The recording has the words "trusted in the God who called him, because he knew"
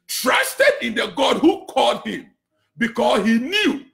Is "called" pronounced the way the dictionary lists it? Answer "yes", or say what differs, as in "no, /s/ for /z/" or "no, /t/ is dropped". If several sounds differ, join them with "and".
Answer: yes